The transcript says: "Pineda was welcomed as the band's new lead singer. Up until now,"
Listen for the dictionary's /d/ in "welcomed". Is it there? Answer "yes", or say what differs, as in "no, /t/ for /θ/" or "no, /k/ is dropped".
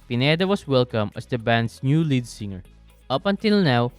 no, /d/ is dropped